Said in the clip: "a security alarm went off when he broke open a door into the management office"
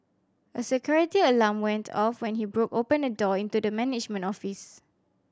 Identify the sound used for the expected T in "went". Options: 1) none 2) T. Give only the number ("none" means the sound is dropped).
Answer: 2